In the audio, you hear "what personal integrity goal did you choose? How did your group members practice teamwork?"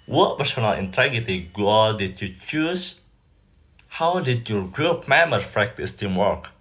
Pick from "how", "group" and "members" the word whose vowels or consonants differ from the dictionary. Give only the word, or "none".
members